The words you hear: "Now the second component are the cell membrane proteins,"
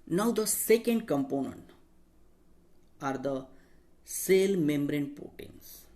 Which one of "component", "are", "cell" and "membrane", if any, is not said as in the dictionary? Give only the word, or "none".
none